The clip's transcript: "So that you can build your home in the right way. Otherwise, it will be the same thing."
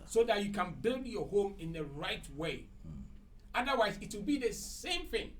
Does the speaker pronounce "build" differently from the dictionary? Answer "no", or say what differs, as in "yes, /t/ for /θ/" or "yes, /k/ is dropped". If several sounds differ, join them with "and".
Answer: no